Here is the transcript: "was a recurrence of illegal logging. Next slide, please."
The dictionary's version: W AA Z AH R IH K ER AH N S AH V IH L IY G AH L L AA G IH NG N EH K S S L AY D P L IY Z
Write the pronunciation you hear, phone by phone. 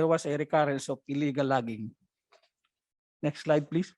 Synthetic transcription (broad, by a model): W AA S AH R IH K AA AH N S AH P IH L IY G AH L L AA G IH NG N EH K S S L AY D P L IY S